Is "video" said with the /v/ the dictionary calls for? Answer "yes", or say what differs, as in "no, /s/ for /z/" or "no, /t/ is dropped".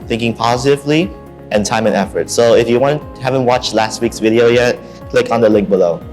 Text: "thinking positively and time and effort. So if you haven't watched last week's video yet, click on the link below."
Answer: yes